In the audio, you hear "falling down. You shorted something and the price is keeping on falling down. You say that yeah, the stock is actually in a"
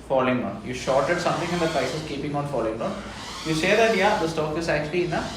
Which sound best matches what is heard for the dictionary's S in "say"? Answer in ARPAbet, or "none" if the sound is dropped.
SH